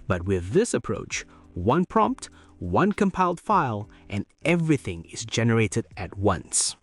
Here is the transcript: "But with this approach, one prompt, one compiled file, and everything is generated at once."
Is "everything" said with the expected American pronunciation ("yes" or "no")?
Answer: yes